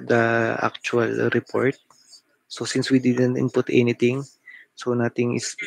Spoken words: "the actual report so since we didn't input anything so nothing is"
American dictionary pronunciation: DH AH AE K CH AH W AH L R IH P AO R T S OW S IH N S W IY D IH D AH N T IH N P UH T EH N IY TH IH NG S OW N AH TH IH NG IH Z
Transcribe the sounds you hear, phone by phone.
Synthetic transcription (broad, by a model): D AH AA K CH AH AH L R IH P AO R T S OW S IH N S W IY D IH D AH N T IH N P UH T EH N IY T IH NG S OW N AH T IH NG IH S